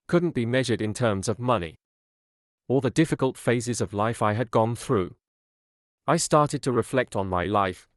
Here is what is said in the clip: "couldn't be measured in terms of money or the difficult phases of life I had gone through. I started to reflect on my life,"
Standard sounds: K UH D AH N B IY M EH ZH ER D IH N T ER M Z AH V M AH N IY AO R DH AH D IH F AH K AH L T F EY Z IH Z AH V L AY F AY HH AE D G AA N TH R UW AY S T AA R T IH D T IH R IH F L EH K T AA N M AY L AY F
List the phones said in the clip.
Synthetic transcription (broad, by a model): K UH D N B IY M EH ZH ER D IH N T ER M Z AH V M AH N IY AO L DH AH D IH F AH K AH L T F EY Z IH Z AH V L AY F AY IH D G AA N TH R UW AY S T AA R T IH D T IH R IH F L EH K T N M AY L AY F